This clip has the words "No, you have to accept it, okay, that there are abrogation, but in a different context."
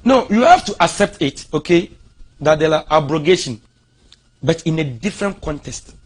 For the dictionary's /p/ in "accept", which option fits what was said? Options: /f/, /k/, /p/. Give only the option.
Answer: /p/